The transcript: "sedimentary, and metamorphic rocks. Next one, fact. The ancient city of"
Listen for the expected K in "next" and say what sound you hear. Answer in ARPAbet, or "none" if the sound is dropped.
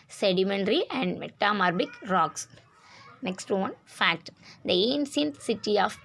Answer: K